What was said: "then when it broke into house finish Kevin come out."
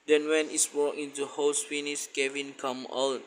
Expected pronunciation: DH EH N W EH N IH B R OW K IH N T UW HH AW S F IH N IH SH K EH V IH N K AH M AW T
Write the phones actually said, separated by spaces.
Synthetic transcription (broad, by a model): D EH N W EH N IH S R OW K IH N T UW HH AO S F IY N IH S K EH V IH N K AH M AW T